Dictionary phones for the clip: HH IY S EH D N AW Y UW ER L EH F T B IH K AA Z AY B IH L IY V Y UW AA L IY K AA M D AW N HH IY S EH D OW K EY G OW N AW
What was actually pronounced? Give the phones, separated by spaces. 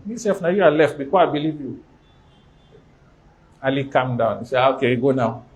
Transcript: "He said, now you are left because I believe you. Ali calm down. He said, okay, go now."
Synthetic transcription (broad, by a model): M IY S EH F N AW Y UW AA L EH F T B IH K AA AY B IH L IY V Y UW AA L IY K AA M D AW N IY S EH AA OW K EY G OW N AW